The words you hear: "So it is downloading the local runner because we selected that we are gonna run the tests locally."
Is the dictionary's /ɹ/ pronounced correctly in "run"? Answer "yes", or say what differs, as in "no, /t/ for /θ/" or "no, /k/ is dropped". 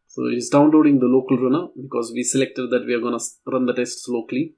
yes